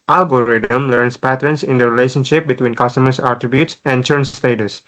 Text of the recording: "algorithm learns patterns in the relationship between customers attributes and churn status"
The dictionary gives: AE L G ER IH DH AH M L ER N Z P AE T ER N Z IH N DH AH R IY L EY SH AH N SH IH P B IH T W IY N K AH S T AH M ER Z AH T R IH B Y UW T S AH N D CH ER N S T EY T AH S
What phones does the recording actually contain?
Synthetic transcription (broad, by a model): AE L G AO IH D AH M L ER N S P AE T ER N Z IH N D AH R IY L EY SH AH N SH IH P B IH T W IY N K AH S T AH M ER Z AH T R IH B Y UW T S AH N D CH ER N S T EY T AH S